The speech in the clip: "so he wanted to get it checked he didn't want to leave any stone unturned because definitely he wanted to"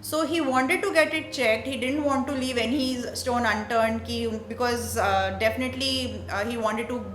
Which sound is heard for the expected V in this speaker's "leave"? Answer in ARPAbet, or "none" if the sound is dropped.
V